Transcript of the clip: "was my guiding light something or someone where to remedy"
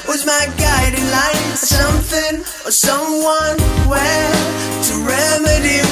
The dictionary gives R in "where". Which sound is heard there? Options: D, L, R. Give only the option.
L